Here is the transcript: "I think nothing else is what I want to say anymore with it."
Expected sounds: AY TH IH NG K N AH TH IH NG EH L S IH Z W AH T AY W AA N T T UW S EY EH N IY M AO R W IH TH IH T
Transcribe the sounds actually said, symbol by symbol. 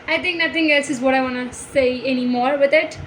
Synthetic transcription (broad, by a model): AY T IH NG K N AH T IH NG EH L S IH Z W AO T AY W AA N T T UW S EY EH N IY M AO R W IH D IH T